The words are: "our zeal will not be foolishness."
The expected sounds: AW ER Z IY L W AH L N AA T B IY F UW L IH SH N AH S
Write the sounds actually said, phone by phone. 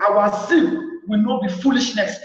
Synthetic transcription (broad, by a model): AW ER S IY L W AH L N AA T B IY F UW L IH SH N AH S